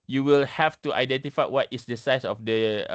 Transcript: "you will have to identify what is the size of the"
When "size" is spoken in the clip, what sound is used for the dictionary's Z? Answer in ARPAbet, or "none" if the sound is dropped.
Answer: S